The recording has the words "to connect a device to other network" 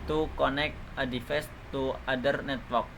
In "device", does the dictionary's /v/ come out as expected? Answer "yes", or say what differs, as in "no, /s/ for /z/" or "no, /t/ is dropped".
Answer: no, /f/ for /v/